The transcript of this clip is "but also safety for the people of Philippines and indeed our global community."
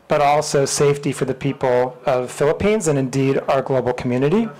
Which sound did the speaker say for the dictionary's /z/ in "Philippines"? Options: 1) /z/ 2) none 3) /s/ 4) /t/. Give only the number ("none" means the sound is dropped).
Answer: 1